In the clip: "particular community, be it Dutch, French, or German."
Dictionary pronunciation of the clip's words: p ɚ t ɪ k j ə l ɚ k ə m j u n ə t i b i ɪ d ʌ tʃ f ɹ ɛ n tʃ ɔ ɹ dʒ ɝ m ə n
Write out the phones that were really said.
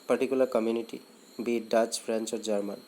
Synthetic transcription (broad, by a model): p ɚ t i k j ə l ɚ k ə m j u n ə t i b i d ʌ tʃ p ɹ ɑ n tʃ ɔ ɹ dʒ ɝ m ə n